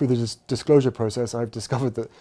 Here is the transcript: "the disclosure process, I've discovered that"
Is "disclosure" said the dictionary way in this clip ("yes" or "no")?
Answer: yes